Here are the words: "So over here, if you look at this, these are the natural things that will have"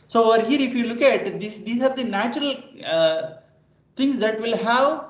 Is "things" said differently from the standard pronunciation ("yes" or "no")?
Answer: yes